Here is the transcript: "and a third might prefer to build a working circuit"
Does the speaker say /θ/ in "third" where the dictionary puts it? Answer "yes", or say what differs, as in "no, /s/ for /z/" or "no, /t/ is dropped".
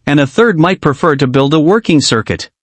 yes